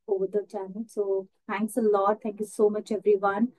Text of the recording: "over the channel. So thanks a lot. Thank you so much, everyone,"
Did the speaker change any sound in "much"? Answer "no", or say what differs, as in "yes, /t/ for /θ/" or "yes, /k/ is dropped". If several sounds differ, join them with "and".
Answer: no